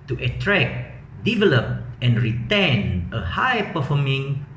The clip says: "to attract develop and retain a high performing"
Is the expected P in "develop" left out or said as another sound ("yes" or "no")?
no